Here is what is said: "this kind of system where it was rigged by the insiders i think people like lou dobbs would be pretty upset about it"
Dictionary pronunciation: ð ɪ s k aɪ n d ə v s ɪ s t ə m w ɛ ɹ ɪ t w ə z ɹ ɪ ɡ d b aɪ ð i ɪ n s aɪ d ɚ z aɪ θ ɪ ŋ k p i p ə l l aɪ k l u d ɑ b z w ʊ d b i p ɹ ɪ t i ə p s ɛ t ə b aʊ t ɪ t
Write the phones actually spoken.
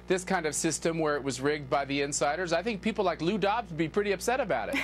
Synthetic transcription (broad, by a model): ð ɪ s k aɪ n d ə v s ɪ s t ə m w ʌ ɹ ɪ t w ə z ɹ ɪ ɡ d b aɪ ð i ɪ n s aɪ d ɚ z aɪ θ ɪ ŋ k p i p l l aɪ k l u d ɑ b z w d b i p ɹ ɪ t i ə p s ɛ t ə b aʊ t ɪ t